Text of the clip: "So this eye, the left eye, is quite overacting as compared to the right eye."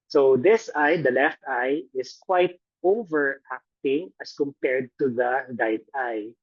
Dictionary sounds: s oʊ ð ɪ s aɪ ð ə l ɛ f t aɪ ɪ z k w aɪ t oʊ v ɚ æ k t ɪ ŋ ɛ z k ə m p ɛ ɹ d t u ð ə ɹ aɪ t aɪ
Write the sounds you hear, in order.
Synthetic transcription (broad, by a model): s oʊ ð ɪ s aɪ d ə l ɛ f t aɪ ɪ s k w aɪ t oʊ v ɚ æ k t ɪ ŋ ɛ s k ə m p ɛ ɹ d t u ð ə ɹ aɪ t aɪ